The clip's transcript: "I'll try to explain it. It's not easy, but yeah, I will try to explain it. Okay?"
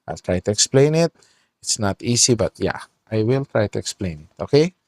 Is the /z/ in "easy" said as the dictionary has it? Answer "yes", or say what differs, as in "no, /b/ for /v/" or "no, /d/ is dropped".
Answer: no, /s/ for /z/